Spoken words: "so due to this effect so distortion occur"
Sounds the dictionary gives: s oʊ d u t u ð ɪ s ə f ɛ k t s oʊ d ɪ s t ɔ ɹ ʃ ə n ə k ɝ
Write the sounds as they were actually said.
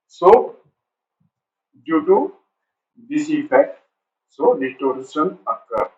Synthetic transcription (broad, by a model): s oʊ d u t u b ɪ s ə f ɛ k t s oʊ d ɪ t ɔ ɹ s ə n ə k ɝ